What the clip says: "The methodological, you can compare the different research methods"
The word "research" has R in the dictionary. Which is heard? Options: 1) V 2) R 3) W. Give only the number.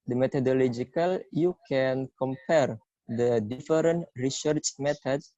2